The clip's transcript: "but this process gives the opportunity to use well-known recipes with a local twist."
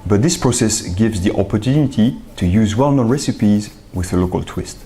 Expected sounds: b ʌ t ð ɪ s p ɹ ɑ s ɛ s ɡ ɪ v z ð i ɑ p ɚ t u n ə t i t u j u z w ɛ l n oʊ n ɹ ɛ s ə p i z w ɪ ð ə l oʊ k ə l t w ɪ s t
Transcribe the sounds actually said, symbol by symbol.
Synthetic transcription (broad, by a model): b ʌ t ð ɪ s p ɹ ɑ s ɛ s ɡ ɪ v z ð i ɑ p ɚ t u n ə t i t u j u z w ɛ l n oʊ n ɹ ɛ s ə p i z w ɪ ð ə l oʊ k ə l t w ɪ s t